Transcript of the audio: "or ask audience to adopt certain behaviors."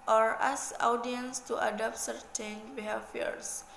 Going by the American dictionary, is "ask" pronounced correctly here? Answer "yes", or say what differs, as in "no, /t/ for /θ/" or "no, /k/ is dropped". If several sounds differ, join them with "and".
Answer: no, /k/ is dropped